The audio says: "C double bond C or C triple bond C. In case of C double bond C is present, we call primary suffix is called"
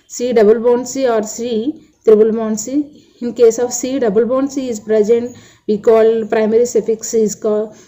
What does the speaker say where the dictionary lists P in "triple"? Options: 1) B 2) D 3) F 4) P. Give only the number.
1